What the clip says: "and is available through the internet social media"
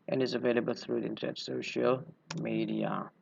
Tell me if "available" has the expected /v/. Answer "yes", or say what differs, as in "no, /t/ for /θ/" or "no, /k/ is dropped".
yes